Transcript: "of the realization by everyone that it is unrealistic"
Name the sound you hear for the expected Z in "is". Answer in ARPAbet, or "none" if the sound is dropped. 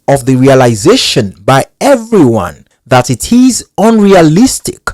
Z